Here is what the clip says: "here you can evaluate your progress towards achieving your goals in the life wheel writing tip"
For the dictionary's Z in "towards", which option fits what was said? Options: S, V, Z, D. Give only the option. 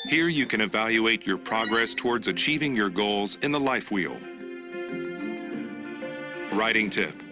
Z